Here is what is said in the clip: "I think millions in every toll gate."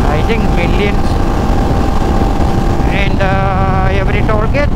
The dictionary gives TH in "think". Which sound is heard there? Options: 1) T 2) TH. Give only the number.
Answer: 1